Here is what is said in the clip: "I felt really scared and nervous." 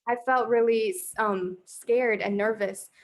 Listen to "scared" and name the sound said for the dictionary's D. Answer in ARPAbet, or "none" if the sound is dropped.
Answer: D